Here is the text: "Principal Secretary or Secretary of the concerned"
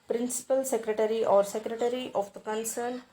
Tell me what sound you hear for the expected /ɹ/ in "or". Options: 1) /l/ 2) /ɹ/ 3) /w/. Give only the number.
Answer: 2